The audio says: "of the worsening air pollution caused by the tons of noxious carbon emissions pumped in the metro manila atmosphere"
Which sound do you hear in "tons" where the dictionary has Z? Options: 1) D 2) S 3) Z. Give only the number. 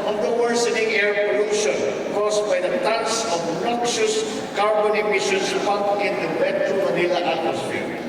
2